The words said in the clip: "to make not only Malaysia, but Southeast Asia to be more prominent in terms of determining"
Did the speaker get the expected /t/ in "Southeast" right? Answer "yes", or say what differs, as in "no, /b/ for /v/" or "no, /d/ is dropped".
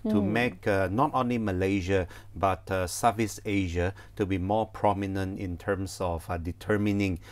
no, /t/ is dropped